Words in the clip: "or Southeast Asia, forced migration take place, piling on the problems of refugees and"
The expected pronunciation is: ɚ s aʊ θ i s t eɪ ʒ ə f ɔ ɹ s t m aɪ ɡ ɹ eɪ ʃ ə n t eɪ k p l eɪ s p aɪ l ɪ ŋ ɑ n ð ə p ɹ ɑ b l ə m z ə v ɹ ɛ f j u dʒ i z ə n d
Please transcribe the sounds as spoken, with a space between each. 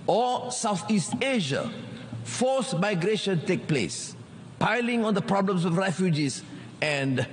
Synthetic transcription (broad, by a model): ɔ s aʊ θ i s t eɪ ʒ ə f ɔ s m aɪ ɡ ɹ eɪ ʃ ə n t eɪ k p l eɪ s p aɪ l ɪ ŋ ɑ n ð ə p ɹ ɑ b l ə m s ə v ɹ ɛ f j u dʒ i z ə n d